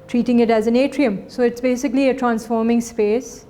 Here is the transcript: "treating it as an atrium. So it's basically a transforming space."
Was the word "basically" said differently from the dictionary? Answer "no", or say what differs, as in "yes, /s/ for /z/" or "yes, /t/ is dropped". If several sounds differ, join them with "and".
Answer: no